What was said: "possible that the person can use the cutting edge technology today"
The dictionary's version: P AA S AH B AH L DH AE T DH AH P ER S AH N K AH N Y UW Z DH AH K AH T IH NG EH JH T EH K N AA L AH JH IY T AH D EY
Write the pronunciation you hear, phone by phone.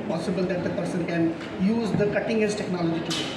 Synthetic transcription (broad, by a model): P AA S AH B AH L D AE T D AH P ER S AH N K AH N Y UW Z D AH K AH T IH NG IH Z T EH K N AA L AH JH IY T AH